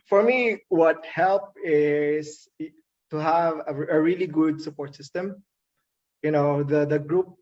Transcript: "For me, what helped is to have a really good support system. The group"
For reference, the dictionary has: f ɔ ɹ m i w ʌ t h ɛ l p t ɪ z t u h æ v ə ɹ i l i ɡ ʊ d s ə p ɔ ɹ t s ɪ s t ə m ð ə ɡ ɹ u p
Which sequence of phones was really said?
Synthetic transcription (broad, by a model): f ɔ ɹ m i w ʌ t h ɛ l p ɪ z t u h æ v ə ɹ i l i ɡ ʊ d s ə p ɔ ɹ t s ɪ s t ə m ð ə ɡ ɹ u p